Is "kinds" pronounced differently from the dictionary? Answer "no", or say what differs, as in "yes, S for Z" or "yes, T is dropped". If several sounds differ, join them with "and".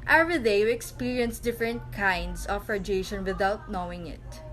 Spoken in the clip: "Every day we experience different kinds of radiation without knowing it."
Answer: yes, S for Z